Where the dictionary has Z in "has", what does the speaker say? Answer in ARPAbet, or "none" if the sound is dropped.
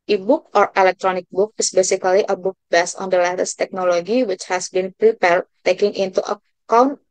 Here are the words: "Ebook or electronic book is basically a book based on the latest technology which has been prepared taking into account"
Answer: S